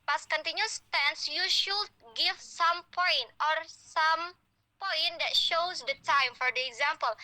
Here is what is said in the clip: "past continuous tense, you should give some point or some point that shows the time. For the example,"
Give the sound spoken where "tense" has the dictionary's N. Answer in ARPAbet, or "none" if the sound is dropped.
N